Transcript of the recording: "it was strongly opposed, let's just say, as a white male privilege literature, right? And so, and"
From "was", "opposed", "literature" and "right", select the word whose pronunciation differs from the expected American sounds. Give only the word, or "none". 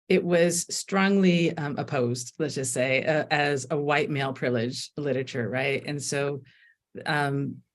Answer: none